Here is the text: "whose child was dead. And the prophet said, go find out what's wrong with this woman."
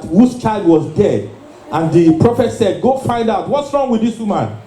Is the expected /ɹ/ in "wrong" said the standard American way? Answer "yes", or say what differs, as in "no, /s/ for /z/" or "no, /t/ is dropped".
yes